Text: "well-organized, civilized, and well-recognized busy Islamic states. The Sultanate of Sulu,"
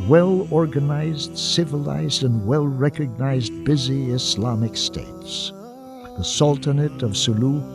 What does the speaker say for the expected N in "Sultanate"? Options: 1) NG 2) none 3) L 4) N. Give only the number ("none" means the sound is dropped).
4